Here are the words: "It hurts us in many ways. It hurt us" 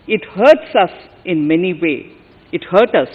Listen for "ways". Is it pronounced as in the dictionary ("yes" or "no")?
no